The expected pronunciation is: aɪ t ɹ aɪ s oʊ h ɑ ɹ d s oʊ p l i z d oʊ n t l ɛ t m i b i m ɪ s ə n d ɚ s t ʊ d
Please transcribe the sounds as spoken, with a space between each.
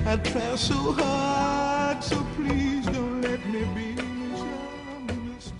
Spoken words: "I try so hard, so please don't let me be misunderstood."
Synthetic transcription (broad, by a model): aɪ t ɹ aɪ s oʊ h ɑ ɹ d s oʊ p l i z d oʊ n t l ɛ t m i b i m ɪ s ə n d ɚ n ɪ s